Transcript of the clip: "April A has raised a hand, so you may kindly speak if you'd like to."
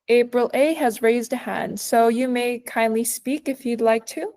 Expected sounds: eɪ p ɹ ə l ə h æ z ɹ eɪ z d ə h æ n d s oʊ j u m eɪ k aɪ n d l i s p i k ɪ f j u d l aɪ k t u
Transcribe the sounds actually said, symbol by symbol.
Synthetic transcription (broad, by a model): eɪ p ɹ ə l ə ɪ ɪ z ɹ eɪ z d ə h æ n d s oʊ j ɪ m eɪ k aɪ n d l i s p i k ɪ f j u d l aɪ k t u